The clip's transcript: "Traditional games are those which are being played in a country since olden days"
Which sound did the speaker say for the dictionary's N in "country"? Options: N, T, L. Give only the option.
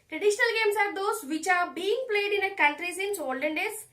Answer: L